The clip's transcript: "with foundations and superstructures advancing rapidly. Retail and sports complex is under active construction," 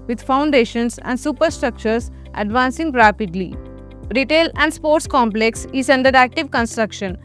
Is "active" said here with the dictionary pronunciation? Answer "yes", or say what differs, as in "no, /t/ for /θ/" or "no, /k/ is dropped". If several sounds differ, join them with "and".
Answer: yes